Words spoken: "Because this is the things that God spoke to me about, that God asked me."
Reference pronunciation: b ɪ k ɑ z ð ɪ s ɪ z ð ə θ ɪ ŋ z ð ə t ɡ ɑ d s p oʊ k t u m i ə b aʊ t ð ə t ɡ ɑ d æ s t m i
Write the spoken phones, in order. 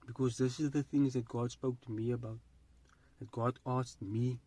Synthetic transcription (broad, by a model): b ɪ k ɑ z ð ɪ s ɪ z ð ə θ ɪ ŋ z ð ə t ɡ ɑ d s p oʊ k t u m i ə b aʊ t ð ə t ɡ ɑ d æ s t m i